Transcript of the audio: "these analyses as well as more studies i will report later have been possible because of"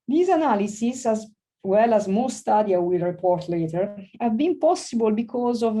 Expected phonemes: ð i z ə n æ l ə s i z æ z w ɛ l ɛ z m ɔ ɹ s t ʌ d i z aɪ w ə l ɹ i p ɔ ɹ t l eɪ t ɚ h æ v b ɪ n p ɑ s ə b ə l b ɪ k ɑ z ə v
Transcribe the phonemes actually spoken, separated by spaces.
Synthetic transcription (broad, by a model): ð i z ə n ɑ l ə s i s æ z w ɛ l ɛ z m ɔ s t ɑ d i aɪ w ə l ɹ i p ɔ ɹ t l eɪ t ɚ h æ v b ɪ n p ɑ s ə b ə l b ɪ k ɑ z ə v